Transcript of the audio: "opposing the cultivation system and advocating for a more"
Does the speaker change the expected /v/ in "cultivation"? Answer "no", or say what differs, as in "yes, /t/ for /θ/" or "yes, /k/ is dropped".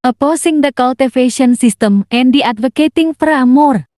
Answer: yes, /f/ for /v/